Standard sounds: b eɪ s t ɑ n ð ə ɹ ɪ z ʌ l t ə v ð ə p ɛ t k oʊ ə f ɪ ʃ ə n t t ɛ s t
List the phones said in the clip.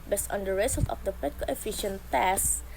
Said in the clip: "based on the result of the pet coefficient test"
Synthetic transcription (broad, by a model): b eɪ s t ɑ n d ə ɹ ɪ s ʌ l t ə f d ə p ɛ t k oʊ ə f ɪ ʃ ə n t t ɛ s